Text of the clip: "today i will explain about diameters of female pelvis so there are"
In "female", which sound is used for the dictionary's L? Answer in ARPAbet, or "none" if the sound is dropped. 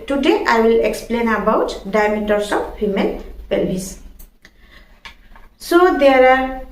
N